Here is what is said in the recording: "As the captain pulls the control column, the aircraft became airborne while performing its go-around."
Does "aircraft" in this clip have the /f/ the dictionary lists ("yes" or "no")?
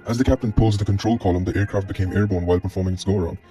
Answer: yes